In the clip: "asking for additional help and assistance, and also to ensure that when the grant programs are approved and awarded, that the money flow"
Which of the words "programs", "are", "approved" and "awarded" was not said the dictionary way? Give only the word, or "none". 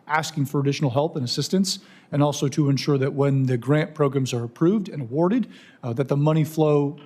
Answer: none